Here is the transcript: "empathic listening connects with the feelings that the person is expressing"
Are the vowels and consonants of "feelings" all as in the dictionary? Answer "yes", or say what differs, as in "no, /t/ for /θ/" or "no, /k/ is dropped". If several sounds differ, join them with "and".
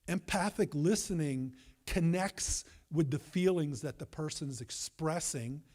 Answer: yes